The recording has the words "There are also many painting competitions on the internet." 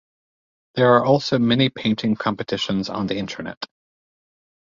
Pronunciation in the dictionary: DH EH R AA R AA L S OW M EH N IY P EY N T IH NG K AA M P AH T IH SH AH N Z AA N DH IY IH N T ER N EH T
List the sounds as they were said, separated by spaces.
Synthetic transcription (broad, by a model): DH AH R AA R AA L S OW M EH N IY P EY N T IH NG K AA M P AH T IH SH AH N Z N DH IY IH N T ER N EH T